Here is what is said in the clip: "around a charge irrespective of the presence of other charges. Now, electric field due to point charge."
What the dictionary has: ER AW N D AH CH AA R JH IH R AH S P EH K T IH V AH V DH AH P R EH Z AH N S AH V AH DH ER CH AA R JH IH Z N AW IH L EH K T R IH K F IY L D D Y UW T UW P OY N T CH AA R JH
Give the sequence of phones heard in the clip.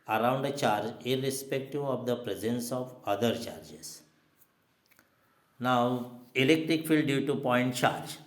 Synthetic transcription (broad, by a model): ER AW N D AH CH AA R JH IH R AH S P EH K T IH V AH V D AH P R EH Z AH N S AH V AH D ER CH AA R JH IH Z N AW IH L EH K T R IH K F IY L D D Y UW T UW P OY N T CH AA R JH